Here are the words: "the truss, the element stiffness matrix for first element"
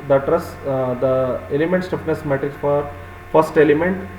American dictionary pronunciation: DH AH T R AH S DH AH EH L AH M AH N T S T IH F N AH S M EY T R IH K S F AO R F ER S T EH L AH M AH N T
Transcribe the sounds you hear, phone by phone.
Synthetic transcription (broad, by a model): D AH T R AH S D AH EH L AH M AH N T S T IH P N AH S M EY T R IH K S F AO R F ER S T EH L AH M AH N T